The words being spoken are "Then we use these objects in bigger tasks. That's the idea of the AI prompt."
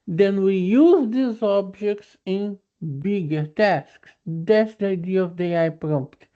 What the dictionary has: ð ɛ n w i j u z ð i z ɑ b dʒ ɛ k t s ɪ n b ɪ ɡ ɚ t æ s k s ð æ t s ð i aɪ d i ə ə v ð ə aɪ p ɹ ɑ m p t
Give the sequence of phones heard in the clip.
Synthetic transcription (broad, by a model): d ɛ n w i j u z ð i z ɑ b dʒ ɛ k t s ɪ n b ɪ ɡ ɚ t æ s k s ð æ t s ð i aɪ d i ə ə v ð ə aɪ p ɹ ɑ m p t